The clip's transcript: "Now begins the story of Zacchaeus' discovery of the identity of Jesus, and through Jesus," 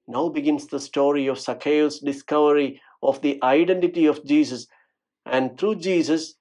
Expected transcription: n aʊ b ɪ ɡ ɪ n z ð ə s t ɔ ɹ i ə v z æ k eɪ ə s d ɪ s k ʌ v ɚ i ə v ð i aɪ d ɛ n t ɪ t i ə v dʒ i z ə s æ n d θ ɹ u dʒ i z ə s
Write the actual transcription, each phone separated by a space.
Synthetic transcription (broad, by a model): n aʊ b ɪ ɡ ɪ n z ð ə s t ɔ ɹ i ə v s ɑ k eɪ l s d ɪ s k ʌ v ɚ i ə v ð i aɪ d ɛ n t ɪ t i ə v dʒ i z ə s æ n d t ɹ u dʒ i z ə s